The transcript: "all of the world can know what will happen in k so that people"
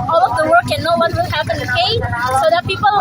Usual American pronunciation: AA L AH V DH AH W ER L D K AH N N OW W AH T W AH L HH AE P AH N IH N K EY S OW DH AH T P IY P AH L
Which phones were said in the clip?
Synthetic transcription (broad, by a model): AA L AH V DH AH W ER D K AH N N OW W AH T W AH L HH AE P AH N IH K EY S OW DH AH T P IY P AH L